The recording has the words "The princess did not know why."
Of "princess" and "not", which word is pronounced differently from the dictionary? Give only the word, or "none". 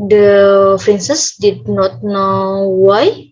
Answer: princess